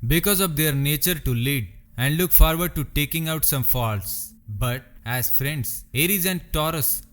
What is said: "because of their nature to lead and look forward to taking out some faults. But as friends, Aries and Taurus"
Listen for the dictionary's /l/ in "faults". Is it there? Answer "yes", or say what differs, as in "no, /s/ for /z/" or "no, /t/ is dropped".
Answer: yes